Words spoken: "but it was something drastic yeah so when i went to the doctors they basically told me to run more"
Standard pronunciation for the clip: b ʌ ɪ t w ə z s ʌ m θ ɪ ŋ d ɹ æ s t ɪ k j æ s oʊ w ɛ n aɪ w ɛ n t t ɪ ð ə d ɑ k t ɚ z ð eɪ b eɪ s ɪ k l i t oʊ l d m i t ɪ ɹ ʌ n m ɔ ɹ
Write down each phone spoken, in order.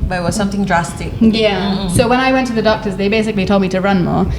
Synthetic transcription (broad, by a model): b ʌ ɪ t w ə z s ʌ m θ ɪ ŋ d ɹ æ s t ɪ k j æ s oʊ w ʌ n aɪ w ɛ n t t ɪ ð ə d ɑ k t ɚ z ð eɪ b eɪ s ɪ k l i t oʊ l d m i t ɪ ɹ ʌ n m ɔ ɹ